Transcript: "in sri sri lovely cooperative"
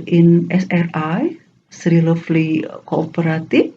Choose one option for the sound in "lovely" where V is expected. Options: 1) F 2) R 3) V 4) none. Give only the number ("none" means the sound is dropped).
1